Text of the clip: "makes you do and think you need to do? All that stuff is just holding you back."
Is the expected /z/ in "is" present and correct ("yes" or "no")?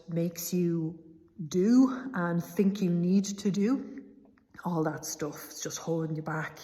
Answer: no